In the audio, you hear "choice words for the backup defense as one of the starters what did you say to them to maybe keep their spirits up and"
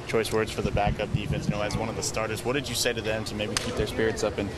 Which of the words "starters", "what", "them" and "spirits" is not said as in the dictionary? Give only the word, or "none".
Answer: none